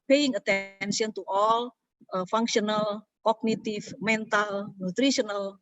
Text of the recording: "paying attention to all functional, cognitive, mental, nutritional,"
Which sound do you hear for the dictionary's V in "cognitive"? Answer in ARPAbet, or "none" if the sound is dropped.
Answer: F